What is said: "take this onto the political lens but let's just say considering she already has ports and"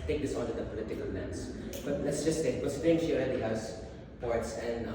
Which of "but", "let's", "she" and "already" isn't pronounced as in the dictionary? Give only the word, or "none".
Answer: already